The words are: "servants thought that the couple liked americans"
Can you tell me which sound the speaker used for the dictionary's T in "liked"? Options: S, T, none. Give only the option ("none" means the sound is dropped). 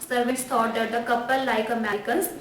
none